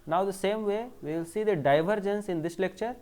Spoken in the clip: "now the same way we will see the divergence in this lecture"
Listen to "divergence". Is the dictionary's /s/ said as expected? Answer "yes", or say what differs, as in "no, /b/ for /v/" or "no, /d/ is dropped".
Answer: yes